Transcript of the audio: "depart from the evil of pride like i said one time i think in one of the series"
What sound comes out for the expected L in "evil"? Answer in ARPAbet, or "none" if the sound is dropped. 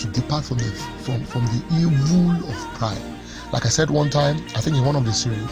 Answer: L